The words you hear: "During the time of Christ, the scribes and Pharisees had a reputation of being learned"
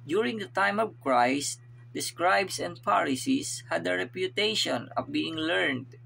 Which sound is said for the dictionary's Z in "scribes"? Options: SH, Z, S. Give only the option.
S